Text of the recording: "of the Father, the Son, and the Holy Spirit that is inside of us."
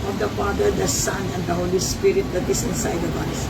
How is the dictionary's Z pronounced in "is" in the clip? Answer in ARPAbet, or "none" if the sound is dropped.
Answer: S